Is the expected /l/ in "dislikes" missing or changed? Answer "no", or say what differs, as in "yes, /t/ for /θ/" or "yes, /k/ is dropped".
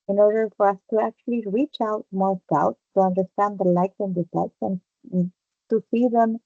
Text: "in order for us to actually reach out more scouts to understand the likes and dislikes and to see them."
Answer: yes, /l/ is dropped